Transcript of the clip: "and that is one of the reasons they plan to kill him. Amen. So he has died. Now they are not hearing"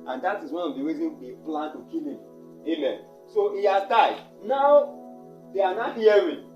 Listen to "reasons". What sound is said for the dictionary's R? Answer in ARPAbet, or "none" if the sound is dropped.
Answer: W